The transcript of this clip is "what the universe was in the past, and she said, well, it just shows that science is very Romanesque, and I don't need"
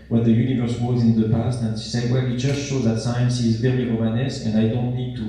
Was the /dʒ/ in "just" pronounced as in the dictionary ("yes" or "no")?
no